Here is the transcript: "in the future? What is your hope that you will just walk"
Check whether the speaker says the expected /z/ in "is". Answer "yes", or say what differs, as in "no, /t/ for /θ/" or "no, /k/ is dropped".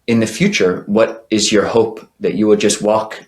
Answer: yes